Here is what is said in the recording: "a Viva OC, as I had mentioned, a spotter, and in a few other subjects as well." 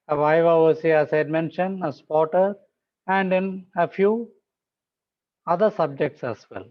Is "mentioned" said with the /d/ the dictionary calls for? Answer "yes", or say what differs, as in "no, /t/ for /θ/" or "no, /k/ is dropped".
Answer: no, /d/ is dropped